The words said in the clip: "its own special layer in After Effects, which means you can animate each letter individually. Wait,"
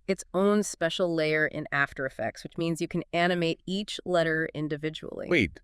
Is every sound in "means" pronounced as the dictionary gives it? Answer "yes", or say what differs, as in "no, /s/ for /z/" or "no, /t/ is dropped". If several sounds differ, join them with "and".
yes